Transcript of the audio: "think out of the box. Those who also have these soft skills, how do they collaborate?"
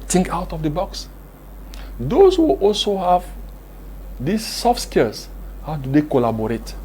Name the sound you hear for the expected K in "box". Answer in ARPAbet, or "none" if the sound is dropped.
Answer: K